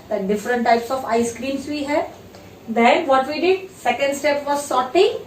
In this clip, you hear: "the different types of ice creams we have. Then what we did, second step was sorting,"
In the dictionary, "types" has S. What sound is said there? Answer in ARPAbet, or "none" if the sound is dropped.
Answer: S